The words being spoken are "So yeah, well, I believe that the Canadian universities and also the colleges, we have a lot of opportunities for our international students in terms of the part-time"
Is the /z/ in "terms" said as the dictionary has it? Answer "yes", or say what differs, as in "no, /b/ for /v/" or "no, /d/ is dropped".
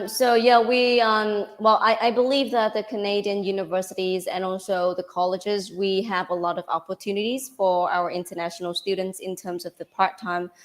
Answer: yes